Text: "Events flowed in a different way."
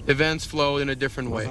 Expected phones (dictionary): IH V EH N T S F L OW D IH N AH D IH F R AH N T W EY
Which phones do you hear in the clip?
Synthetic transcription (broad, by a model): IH V EH N T S F L OW IH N AH D IH F R AH N T W EY